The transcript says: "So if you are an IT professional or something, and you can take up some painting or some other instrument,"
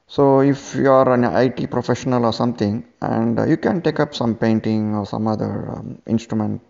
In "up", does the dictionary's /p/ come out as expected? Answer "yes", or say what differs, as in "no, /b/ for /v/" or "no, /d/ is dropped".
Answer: yes